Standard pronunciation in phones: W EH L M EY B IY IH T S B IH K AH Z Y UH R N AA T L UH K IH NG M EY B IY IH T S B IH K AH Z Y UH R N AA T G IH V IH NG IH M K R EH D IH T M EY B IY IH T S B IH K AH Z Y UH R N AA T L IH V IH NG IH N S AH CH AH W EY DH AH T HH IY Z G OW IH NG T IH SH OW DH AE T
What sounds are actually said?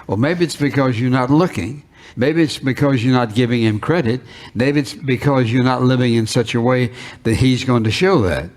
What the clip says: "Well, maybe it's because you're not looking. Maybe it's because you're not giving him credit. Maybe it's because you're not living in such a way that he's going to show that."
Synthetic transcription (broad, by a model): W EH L M EY B IY IH T S B IH K AH Z Y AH R N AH T L UH K IH NG M EY B IY IH T S B IH K AH Z Y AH R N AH T G IH V IH NG IH M K R EH D IH T M EY B IY IH T S B IH K AH Z Y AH R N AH T L IH V IH NG IH N S AH CH AH W EY DH AH T HH IY Z G OW IH NG T IH SH OW DH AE T